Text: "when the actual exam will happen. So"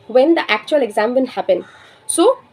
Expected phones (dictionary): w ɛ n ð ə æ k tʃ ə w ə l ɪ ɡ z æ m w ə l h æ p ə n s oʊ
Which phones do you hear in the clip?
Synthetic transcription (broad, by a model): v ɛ n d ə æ k tʃ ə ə l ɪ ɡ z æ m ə n h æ p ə n s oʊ